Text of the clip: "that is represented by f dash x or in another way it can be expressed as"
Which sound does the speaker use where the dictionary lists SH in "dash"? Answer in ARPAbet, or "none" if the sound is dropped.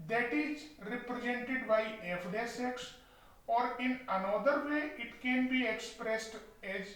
S